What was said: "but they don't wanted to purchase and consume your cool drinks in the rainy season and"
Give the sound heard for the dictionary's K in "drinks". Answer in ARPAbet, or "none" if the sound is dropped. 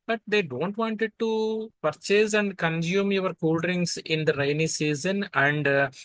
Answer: none